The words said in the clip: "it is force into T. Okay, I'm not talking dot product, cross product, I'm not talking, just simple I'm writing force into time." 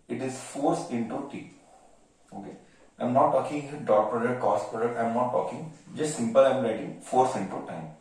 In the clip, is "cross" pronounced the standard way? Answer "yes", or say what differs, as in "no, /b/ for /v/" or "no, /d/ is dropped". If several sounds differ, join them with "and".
no, /ɹ/ is dropped